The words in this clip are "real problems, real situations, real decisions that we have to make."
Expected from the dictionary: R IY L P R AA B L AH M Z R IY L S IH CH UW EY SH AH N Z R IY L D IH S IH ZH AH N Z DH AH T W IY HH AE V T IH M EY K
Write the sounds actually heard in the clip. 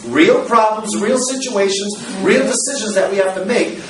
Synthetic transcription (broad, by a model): R IY L P R AA B L AH M Z R IY L S IH CH UW EY SH AH N Z R IY L D IH S IH ZH AH N Z DH AH T W IY HH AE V T IH M EY K